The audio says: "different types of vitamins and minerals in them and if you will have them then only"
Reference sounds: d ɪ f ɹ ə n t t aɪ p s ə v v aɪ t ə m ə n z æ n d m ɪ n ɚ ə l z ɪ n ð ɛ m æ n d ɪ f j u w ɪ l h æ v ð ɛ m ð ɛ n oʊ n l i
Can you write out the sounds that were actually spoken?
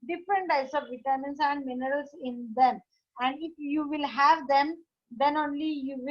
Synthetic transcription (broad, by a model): d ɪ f ɹ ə n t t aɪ s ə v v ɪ t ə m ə n s æ n d m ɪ n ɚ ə l s ɪ n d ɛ m æ n d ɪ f j u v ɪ l h æ v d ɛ m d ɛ n oʊ n l i